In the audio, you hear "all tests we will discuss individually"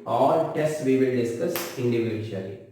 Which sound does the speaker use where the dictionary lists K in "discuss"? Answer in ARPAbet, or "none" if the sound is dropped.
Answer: none